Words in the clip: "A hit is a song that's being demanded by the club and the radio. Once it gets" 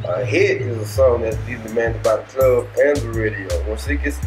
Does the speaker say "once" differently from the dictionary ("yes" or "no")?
yes